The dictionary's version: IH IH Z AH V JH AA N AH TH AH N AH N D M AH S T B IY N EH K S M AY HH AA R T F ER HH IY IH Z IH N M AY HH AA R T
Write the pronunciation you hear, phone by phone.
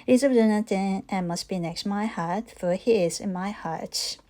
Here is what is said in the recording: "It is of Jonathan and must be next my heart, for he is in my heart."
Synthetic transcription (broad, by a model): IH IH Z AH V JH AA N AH T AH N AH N M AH S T B IY N EH K S M AY HH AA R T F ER HH IY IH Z IH N M AY HH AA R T